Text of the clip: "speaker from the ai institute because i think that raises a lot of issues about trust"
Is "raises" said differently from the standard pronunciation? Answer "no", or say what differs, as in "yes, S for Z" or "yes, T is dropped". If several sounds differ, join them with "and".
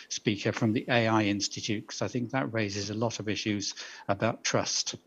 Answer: no